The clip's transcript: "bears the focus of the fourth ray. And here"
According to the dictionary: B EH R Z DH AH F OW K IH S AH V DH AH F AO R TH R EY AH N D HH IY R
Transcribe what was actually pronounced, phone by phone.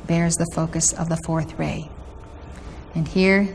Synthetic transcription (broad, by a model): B EH R Z DH AH F OW K IH S AH V DH AH F AO R TH R EY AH N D HH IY R